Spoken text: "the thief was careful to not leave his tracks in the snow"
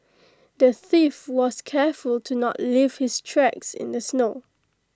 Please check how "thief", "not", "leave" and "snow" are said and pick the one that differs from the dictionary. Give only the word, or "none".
none